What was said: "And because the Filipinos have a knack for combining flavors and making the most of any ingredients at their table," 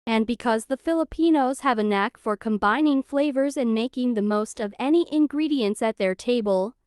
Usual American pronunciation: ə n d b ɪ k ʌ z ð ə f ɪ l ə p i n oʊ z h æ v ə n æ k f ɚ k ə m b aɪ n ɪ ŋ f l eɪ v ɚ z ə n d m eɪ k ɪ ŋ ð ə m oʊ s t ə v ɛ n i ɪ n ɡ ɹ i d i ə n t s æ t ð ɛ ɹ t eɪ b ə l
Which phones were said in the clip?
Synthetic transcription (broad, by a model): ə n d b ɪ k ʌ z ð ə f ɪ l ə p i n oʊ z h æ v ə n æ k f ɚ k ə m b aɪ n ɪ ŋ f l eɪ v ɚ z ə n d m eɪ k ɪ ŋ ð ə m oʊ s t ə v ɛ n i ɪ n ɡ ɹ i d i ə n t s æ t ð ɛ ɹ t eɪ b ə l